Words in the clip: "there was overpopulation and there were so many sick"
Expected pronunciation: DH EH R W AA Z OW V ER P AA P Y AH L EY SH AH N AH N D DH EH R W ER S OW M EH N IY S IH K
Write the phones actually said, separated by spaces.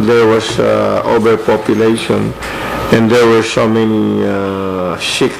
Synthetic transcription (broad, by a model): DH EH R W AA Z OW B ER P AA P Y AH L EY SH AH N AH N D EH R W ER S OW M EH N IY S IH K